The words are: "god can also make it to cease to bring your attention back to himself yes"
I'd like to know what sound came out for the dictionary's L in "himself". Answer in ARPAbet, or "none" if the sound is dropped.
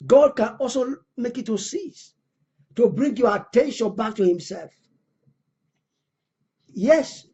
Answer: L